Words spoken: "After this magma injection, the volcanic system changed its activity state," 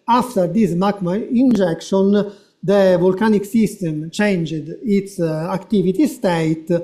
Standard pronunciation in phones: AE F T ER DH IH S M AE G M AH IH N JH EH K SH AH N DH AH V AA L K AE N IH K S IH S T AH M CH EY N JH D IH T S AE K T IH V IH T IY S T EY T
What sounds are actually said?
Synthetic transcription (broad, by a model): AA F T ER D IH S M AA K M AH IH N JH EH K SH AH N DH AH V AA L K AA N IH K S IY S T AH M CH EY N JH D IH T S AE K T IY V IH T IY S T EY T